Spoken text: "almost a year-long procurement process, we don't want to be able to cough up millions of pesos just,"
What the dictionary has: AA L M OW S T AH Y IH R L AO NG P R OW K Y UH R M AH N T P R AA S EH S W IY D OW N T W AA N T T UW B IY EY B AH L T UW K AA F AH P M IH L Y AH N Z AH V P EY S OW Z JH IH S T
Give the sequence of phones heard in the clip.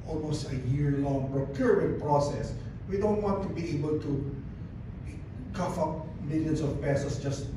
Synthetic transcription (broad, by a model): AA L M OW S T AH Y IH R L AO NG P R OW K Y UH R AH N P R AA S EH S W IY D OW N T W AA N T T UW B IY EY B AH L T UW K AA F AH P M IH L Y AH N S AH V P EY S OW S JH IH S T